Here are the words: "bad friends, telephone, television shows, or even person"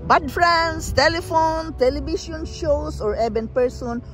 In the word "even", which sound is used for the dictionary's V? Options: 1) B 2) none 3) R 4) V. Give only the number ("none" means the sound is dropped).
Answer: 1